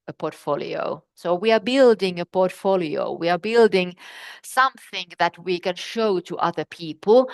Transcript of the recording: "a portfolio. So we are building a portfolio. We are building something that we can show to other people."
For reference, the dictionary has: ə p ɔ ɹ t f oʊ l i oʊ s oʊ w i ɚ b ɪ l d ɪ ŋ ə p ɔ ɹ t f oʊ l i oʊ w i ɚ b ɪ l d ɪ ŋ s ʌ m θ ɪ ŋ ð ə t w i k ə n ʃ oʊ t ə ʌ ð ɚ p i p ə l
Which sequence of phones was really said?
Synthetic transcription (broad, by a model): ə p ɔ ɹ t f oʊ l i oʊ s oʊ w i ɚ b ɪ l d ɪ ŋ ə p ɔ ɹ t f oʊ l i oʊ w i ɚ b ɪ l d ɪ ŋ s ʌ m θ ɪ ŋ ð ə t w i k ə n ʃ oʊ t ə ʌ ð ɚ p i p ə l